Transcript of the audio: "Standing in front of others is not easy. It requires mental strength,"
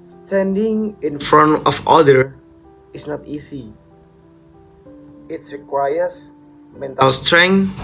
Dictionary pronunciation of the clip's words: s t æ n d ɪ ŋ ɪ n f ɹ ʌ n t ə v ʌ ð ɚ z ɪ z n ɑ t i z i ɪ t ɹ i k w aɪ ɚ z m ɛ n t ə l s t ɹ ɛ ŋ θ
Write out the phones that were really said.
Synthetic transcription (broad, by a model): s t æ n d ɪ ŋ ɪ n f ɹ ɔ n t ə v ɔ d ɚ ɪ s n ɑ t i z i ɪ t ɹ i k w aɪ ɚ s m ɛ n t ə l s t ɹ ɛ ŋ